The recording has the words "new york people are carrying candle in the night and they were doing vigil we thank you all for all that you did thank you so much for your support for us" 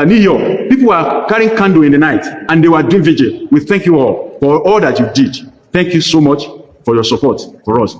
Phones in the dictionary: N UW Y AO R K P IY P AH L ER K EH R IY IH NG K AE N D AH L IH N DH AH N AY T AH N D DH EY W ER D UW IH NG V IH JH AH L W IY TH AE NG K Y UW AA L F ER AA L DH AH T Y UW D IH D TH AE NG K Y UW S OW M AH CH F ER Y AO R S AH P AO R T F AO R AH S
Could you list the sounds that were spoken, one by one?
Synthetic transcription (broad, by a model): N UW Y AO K P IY P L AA K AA R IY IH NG K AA N D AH IH N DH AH N AY T AH N D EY W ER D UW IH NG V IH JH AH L W IY TH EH NG K Y UW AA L F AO AA L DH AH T Y UW D IH D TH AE NG K Y UW S OW M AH CH F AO Y AO S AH P AO T F AO R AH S